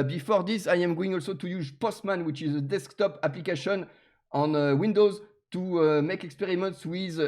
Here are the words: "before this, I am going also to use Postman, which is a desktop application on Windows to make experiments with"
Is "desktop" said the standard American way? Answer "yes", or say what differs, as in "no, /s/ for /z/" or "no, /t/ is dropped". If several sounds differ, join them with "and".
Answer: yes